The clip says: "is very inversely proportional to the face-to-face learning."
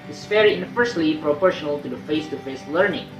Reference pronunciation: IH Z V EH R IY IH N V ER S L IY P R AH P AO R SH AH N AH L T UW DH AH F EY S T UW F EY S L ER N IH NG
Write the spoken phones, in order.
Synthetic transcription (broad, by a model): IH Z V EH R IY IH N F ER S L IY P R AH P AO R SH AH N AH L T UW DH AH F EY S T UW F EY S L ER N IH NG